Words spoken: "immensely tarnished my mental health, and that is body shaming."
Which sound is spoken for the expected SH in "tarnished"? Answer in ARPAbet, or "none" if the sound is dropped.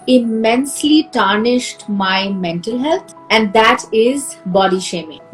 SH